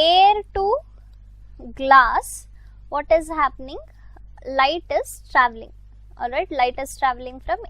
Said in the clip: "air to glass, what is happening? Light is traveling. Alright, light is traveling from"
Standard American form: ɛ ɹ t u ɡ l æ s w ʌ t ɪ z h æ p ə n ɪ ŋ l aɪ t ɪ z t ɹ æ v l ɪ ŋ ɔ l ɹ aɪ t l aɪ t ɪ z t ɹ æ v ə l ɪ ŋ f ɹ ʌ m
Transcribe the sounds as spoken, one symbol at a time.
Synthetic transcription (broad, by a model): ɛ ɹ t u ɡ l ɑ s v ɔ t ɪ z h æ p ə n ɪ ŋ l aɪ t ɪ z t ɹ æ v l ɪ ŋ ɔ l ɹ aɪ t l aɪ t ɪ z t ɹ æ v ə l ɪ ŋ f ɹ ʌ m